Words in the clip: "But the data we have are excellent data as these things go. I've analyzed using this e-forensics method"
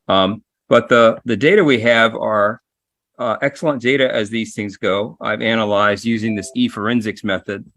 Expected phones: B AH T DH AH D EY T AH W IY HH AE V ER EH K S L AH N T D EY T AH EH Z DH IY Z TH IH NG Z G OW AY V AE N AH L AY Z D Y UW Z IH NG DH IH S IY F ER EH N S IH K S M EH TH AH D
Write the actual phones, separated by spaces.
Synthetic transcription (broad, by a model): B AH T DH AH D EY T AH W IY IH V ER EH K S L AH N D EY T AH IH Z DH IY Z TH IH NG Z G OW AY V AE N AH L AY Z D Y UW Z IH NG DH IH S IY F ER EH N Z IH K S M EH TH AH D